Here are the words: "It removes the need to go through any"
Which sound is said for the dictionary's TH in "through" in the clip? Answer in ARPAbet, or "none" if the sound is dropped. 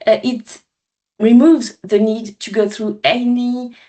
TH